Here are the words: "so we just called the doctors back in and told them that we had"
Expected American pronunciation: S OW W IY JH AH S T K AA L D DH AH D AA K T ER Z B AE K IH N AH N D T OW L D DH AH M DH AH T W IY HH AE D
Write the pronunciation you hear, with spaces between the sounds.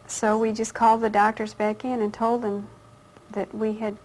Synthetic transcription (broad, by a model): S OW W IY JH AH S K AA L D DH AH D AA K T ER Z B AE K IH N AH N T OW L D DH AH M DH AH T W IY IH D